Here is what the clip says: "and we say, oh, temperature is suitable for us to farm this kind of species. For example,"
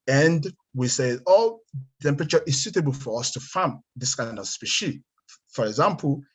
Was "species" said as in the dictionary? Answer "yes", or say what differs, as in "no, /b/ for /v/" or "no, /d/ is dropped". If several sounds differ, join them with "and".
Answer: no, /z/ is dropped